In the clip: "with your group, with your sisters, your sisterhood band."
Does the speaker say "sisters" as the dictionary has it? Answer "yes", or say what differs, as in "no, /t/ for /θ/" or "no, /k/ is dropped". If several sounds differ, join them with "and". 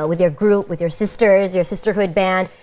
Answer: yes